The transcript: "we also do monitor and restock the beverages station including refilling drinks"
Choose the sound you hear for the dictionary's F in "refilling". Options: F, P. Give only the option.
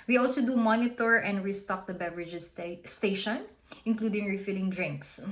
F